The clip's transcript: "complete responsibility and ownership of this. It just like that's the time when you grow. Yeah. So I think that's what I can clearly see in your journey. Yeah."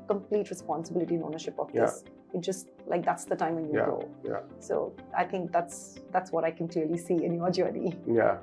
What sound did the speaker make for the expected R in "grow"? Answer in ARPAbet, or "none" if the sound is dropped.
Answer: none